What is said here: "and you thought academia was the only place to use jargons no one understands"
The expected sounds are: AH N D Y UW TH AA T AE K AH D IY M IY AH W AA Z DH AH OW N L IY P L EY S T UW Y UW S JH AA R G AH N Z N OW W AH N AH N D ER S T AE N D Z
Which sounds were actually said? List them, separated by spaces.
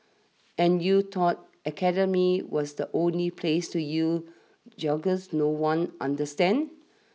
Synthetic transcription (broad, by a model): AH N Y UW T AA T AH K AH D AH M IY W AA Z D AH OW N L IY P L EY S T UW Y UW JH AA G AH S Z N OW W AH N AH N D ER S T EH N D